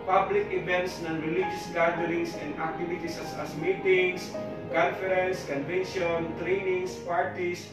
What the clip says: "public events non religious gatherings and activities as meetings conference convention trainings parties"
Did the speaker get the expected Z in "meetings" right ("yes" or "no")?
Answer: no